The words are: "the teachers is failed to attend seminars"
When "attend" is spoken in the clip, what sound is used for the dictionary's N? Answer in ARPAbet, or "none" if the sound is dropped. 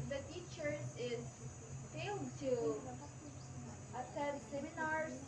none